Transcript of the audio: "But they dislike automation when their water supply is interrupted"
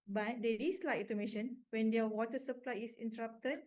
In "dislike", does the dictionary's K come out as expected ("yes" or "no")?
no